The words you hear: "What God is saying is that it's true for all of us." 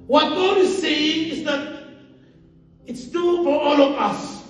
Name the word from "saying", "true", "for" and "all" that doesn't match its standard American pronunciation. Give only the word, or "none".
true